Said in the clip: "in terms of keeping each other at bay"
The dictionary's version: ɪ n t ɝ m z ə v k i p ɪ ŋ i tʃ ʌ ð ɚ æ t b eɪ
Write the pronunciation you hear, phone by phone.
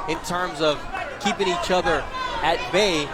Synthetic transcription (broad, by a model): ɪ n t ɝ m z ə v k i p ɪ ŋ i tʃ ʌ ð ɚ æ t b eɪ